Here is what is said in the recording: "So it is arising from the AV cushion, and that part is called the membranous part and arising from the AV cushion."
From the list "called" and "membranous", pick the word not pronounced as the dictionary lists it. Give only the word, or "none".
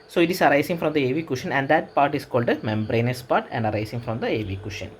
none